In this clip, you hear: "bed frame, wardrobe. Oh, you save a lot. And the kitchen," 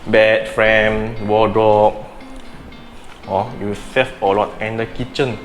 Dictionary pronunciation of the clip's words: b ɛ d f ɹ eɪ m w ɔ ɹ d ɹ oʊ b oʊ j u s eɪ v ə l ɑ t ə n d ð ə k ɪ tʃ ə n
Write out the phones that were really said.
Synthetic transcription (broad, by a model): b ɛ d f ɹ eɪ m w ɔ d ɹ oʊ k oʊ j u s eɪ f ə l ɑ t ə n d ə k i tʃ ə n